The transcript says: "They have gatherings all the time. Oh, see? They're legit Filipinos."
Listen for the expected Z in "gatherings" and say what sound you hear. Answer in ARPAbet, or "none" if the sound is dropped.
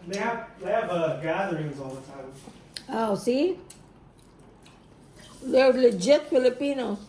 Z